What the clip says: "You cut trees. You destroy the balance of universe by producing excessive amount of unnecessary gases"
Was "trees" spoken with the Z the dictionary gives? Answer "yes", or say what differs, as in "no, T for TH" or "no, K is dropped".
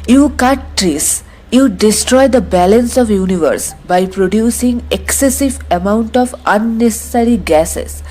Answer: no, S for Z